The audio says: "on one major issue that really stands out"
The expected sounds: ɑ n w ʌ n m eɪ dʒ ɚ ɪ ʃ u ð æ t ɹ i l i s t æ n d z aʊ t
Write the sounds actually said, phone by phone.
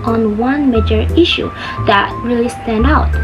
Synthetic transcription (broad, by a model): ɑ n w ʌ n m eɪ dʒ ɚ ɪ ʃ u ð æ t ɹ i l i s t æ n d aʊ t